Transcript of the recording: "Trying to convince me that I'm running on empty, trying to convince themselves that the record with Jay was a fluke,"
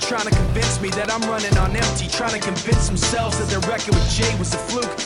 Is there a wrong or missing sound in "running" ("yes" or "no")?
no